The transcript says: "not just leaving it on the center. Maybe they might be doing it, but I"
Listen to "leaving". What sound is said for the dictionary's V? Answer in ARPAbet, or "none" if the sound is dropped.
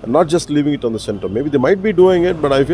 V